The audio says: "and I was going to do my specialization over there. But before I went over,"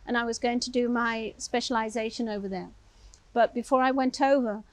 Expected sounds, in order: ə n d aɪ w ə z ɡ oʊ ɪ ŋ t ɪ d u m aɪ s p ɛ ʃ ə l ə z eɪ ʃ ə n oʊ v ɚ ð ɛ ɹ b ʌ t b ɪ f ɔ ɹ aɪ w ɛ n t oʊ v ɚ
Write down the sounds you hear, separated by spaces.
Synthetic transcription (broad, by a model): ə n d aɪ w ə z ɡ oʊ ɪ ŋ t ɪ d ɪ m aɪ s p ɛ ʃ ə l ə z eɪ ʃ ə n oʊ v ɚ ð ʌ ɹ b ʌ t b ɪ f ɔ ɹ aɪ w ɛ n t oʊ v ɚ